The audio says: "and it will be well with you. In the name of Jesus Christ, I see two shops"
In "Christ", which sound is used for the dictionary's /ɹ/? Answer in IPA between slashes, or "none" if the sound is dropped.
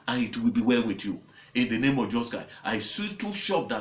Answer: none